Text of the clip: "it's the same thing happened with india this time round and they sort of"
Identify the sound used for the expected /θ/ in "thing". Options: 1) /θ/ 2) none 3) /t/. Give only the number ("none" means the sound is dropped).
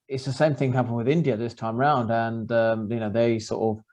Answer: 1